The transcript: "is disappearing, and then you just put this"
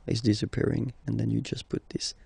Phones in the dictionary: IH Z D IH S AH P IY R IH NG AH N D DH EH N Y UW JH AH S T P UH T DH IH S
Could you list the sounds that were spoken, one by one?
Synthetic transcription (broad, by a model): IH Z D IH S AH P IY R IH NG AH N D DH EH N Y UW JH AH S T P UH T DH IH S